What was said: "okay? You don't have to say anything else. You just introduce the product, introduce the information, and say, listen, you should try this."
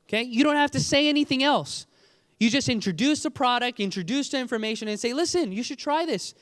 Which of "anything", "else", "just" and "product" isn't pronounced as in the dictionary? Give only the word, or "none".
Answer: none